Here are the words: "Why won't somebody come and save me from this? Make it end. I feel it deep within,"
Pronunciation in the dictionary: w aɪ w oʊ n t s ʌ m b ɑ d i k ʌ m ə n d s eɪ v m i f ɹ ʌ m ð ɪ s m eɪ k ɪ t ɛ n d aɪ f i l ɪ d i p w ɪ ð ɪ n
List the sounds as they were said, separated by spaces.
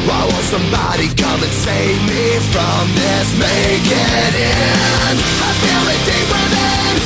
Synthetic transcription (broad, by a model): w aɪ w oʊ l s ʌ m b ɑ d i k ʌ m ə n s eɪ v m i f ɹ ʌ m ð ɪ s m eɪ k ɪ t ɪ n aɪ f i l ɪ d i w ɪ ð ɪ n